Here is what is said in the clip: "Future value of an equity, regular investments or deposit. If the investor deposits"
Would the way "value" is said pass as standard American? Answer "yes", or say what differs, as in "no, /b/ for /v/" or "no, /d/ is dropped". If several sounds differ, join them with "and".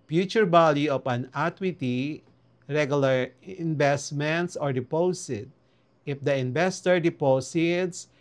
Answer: no, /b/ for /v/